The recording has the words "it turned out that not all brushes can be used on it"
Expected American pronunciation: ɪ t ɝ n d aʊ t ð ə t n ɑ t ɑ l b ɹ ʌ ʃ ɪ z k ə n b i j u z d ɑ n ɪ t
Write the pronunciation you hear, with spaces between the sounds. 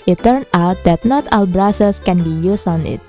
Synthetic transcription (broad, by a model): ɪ t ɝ n aʊ t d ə t n ɑ t ɑ l b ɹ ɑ s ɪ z k ə n b i j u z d ɑ n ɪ t